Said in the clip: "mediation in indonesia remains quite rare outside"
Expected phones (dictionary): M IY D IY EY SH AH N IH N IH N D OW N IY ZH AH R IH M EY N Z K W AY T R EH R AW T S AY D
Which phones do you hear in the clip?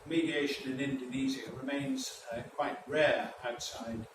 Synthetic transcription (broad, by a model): M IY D IY EY SH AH N IH N IH N D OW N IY Z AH R IH M EY N Z K W AY T R EH R AW T S AY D